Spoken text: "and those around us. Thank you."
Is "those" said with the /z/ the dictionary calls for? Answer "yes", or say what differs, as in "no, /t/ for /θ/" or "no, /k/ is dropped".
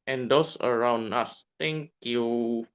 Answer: no, /s/ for /z/